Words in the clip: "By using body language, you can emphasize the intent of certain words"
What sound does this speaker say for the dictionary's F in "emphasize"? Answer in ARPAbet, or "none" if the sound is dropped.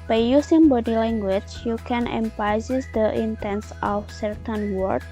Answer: P